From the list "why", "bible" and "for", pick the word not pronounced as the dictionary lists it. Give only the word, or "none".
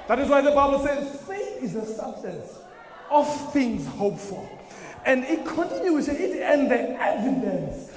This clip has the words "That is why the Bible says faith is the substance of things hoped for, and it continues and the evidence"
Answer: for